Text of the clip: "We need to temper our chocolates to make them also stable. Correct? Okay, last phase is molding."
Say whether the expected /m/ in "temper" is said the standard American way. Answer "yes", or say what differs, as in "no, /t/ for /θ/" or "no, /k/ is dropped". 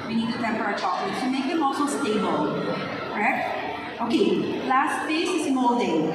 yes